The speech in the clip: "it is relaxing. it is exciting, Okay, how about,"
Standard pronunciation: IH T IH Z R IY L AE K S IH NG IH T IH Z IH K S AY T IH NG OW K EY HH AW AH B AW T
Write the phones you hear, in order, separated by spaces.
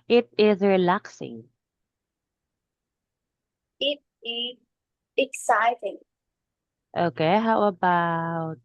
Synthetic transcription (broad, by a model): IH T IH Z R IY L AE K S IH NG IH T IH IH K S AY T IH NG OW K EY HH AW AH B AW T